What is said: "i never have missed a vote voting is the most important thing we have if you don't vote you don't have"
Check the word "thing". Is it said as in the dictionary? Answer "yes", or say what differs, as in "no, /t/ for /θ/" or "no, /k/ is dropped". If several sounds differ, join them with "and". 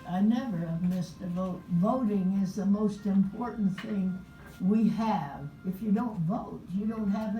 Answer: yes